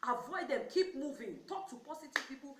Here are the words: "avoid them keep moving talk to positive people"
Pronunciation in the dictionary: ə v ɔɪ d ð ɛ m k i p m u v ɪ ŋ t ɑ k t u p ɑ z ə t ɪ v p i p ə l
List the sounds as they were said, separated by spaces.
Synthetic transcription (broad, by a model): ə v ɔɪ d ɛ m k i p m u v ɪ ŋ t ɑ k t u p ɑ s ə t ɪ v p i p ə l